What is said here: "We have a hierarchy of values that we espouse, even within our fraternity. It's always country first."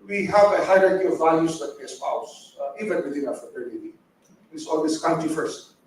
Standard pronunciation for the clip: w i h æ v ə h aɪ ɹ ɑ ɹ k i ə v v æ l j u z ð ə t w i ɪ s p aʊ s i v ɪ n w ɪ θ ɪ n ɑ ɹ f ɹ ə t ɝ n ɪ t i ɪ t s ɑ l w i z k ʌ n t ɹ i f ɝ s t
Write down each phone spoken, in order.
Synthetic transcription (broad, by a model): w i h æ v ə h aɪ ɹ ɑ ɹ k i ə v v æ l j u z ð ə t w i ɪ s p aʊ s i v ɪ n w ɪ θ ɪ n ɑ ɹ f ə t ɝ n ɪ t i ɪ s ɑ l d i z k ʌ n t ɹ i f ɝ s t